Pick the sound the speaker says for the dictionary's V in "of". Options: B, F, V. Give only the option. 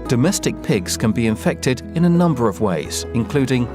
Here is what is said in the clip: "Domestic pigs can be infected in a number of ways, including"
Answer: V